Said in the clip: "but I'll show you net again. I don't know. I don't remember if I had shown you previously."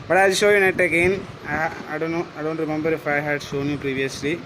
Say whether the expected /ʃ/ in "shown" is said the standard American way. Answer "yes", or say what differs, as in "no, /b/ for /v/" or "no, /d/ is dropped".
no, /s/ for /ʃ/